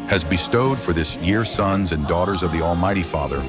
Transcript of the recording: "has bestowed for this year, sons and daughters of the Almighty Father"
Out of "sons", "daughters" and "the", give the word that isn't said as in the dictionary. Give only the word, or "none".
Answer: none